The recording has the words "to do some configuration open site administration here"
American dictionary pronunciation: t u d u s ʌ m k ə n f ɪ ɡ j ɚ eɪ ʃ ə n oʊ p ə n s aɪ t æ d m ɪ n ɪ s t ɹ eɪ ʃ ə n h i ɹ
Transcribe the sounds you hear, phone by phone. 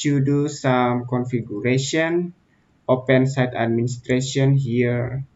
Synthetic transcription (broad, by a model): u d u s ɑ m k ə n f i ɡ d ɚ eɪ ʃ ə n oʊ p ə n s aɪ t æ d m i n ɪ s t ɹ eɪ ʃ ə n h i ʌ